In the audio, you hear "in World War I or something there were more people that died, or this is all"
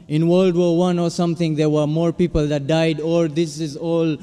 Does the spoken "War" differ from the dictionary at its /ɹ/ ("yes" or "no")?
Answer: yes